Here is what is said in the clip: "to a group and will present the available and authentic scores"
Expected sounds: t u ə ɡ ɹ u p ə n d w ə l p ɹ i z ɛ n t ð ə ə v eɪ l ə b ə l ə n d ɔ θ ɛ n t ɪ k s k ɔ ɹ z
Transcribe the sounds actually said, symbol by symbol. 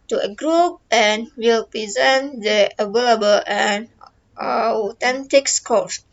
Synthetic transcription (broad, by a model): t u ə ɡ ɹ u p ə n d w ə l p ɹ i z ɛ n t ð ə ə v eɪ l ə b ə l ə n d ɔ t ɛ n t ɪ k s k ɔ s